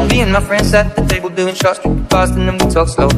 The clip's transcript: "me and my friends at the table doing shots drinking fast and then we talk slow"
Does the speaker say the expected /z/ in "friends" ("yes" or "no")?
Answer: no